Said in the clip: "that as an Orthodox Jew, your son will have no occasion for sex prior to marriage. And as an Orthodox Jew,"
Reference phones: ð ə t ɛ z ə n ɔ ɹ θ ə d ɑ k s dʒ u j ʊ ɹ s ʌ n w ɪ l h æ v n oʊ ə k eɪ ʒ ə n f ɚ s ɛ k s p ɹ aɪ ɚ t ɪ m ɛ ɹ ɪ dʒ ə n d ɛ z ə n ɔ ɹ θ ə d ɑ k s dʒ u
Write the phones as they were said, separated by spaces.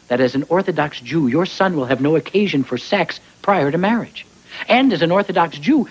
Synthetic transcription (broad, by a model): ð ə t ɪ z n ɔ ɹ θ ə d ɑ k s dʒ u j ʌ ɹ s ʌ n w ɪ l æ v n oʊ ə k eɪ ʒ ə n f ɚ s ɛ k s p ɹ aɪ ɚ t ɪ m ɛ ɹ ɪ dʒ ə n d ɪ z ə n ɔ ɹ θ ə d ɑ k s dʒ u